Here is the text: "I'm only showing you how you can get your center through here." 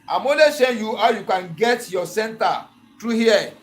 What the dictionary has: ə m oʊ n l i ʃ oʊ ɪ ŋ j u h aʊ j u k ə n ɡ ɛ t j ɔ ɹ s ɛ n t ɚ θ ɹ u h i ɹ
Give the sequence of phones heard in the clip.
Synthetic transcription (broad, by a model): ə m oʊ l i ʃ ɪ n j u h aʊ j u k ə n ɡ ɛ t j ɔ s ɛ n t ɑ t ɹ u h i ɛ